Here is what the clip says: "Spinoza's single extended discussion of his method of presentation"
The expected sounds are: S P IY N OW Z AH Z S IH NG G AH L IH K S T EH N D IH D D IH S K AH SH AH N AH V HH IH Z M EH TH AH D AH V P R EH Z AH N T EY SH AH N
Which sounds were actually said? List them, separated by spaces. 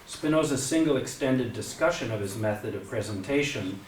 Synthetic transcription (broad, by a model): S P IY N OW Z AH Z S IH NG G L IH K S T EH N D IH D D IH S K AH SH AH N AH V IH Z M EH TH AH D AH V P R EH Z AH N T EY SH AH N